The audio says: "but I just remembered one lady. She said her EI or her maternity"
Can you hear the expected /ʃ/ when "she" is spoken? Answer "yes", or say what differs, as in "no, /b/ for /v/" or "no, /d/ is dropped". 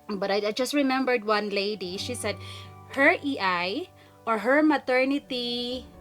yes